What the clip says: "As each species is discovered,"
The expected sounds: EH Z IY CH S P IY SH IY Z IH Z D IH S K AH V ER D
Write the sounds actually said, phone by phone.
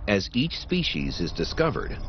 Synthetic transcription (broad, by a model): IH Z IY CH S P IY SH IY Z IH Z D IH S K AH V ER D